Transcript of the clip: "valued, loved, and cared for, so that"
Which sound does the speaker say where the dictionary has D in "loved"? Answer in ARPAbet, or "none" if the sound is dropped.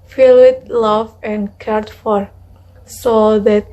none